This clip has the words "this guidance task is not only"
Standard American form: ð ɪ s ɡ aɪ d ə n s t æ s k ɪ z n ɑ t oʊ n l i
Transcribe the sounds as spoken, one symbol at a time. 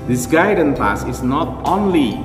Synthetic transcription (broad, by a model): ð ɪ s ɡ aɪ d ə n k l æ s ɪ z n ɑ t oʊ n l i